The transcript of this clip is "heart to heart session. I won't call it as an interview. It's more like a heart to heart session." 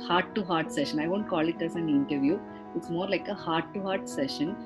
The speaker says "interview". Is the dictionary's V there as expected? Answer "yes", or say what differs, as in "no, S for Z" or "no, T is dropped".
yes